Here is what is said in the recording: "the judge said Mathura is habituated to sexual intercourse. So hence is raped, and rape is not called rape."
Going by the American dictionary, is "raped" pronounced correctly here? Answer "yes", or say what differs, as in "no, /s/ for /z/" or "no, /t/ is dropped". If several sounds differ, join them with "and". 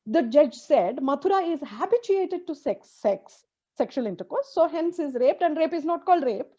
yes